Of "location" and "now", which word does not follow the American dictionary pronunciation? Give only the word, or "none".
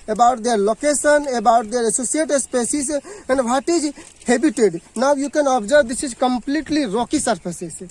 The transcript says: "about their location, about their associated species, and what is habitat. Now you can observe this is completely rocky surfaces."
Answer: location